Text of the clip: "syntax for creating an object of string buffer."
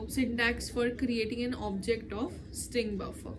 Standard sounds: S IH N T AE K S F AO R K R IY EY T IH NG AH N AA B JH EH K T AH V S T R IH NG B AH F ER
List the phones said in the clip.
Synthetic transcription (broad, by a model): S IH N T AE K S F AO R K R IY EY T IH NG AH N AA B JH EH K T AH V S T R IH NG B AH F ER